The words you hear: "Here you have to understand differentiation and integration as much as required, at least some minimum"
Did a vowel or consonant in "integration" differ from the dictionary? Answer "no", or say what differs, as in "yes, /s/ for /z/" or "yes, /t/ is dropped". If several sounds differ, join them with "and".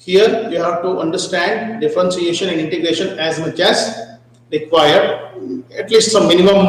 no